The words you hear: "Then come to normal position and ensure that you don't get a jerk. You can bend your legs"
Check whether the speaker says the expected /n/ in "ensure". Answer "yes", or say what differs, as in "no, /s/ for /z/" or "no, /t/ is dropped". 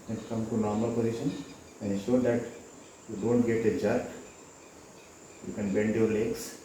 no, /n/ is dropped